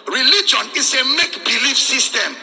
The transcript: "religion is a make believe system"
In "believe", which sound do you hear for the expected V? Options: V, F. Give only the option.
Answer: F